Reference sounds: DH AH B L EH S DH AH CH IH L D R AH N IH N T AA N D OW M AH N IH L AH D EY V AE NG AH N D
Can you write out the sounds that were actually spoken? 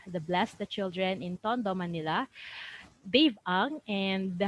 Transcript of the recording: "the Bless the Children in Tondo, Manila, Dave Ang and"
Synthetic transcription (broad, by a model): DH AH B L EH S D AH CH IH L D R AH N IH N T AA N D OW M AH N IH L AH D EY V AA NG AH N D